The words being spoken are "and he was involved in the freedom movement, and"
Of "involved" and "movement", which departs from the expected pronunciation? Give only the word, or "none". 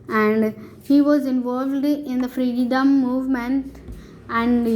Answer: none